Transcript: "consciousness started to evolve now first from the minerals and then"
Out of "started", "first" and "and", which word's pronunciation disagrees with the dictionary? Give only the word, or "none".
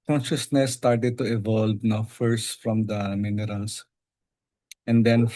none